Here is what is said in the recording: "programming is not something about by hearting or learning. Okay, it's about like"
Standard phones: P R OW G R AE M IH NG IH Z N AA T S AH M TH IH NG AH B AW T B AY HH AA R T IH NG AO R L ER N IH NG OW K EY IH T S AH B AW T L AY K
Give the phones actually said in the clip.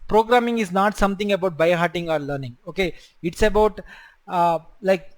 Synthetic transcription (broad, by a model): P R OW G R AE M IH NG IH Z N AA T S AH M T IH NG AH B AW T B AY HH AA R T IH NG AO R L ER N IH NG OW K EY IH T S AH B AW T L AY K